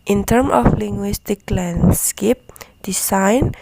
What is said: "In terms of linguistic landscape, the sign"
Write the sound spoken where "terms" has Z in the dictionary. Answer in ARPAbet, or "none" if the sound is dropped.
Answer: none